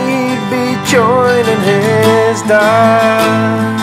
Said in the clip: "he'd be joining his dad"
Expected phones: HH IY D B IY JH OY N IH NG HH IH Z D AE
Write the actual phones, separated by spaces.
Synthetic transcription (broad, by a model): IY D B IY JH OY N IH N HH IH Z D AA